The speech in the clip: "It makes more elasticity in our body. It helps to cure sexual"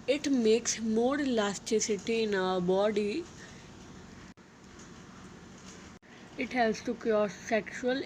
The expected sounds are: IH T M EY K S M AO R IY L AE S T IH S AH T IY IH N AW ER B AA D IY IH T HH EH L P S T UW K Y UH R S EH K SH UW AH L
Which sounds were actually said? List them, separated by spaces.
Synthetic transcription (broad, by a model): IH T M EY K S M AO R L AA S T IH S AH T IY IH N AW ER B AA D IY IH T HH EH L S T UW K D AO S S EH K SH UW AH L